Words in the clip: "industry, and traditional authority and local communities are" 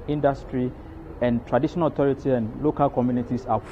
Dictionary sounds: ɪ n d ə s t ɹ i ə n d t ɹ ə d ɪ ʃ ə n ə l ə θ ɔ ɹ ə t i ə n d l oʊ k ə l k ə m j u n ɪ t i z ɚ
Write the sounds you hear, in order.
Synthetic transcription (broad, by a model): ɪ n d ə s t ɹ i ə n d t ɹ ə d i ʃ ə n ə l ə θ ɔ ɹ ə t i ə n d l oʊ k ə l k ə m j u n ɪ t i s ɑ